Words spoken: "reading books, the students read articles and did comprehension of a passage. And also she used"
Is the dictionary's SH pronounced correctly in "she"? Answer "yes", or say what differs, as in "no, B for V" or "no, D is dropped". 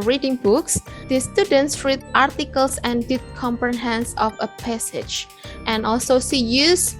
no, S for SH